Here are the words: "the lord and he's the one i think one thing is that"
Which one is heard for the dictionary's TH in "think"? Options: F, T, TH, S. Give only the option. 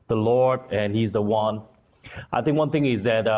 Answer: TH